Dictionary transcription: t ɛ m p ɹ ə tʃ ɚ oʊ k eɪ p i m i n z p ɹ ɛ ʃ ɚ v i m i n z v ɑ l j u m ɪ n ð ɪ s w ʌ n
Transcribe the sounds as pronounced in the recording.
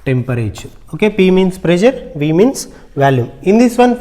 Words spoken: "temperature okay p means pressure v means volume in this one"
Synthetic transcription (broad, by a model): t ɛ m p ɹ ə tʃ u oʊ k eɪ p i m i n s p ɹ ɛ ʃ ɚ v i m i n s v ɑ l j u m ɪ n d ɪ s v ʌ n